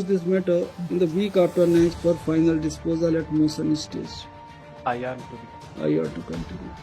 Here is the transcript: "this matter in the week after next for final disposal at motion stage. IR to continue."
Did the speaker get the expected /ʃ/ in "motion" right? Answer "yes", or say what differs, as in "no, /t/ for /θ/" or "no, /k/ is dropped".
no, /s/ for /ʃ/